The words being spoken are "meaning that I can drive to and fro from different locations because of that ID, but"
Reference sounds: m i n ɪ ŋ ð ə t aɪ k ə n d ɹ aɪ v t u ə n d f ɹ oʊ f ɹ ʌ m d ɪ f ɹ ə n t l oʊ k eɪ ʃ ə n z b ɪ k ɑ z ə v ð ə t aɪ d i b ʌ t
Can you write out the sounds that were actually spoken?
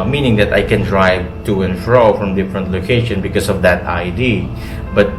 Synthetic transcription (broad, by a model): m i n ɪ ŋ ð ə t aɪ k ə n d ɹ aɪ v t u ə n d f ɹ oʊ f ɹ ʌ m d ɪ f ɹ ə n t l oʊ k eɪ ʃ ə n b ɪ k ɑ s ə v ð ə t aɪ d i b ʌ t